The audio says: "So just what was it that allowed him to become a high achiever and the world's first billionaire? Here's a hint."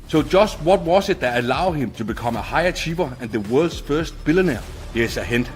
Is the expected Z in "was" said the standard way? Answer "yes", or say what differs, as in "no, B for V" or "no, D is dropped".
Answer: no, S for Z